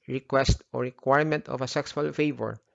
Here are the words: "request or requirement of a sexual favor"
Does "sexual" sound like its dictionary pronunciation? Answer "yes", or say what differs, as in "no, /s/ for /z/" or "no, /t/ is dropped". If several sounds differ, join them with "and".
no, /s/ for /ʃ/